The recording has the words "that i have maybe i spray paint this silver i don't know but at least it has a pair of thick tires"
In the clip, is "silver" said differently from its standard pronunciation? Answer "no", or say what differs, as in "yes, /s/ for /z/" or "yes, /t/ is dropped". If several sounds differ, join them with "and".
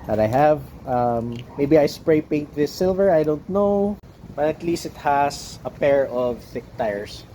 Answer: no